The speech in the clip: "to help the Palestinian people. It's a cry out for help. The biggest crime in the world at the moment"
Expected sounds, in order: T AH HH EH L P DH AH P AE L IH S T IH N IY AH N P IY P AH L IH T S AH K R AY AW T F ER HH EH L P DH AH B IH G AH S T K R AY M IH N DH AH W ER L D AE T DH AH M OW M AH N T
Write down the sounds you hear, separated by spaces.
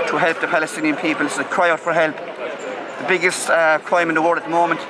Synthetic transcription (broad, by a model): T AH HH EH L P DH AH P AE L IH S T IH N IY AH N P IY P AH L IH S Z AH K R AY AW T F ER HH EH L P DH AH B IH G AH S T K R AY M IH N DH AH W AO D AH T DH AH M OW M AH N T